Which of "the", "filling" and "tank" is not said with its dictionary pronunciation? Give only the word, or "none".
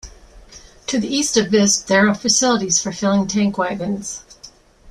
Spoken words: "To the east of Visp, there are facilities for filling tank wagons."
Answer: none